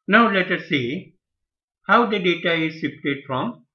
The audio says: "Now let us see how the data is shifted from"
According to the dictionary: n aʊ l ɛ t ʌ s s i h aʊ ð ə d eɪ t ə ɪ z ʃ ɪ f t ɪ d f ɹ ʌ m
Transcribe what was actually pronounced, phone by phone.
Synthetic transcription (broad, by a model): n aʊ l ɛ t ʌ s s i h aʊ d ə d eɪ t ə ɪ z s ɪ p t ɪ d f ɹ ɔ m